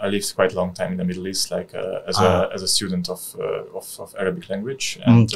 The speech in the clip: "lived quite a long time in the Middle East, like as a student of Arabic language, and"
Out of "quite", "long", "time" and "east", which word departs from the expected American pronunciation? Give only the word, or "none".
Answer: none